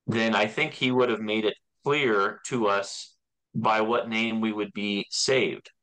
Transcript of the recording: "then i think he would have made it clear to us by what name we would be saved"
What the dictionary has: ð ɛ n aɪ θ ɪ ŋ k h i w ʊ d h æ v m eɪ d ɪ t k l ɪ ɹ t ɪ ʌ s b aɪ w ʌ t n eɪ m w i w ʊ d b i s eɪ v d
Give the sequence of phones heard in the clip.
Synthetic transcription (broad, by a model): ð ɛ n aɪ θ ɪ ŋ k h i w ʊ d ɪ v m eɪ d ɪ t k l ɪ ɹ t ɪ ʌ s b aɪ w ʌ t n eɪ m w i w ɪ d b i s eɪ v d